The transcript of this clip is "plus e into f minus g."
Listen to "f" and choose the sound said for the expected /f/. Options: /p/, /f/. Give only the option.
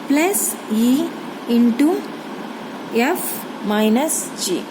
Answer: /f/